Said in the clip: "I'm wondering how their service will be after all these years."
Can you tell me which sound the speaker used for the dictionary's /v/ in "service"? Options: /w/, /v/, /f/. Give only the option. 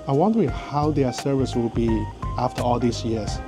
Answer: /v/